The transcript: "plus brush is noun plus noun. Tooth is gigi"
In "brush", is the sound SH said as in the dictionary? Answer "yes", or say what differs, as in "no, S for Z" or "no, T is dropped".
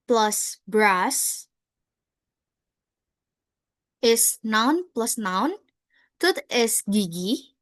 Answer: no, S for SH